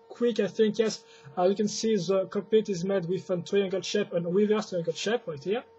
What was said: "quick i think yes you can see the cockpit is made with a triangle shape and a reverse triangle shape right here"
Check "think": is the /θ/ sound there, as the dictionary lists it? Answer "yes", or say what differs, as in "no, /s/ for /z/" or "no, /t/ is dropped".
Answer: yes